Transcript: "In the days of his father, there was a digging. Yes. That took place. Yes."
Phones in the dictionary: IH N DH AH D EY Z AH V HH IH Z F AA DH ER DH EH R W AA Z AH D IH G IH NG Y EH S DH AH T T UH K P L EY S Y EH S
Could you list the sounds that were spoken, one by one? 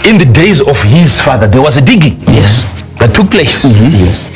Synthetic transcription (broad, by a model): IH N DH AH D EY Z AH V HH IH Z F AA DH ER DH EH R W AA Z AH D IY G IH Y EH S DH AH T T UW K P L EY S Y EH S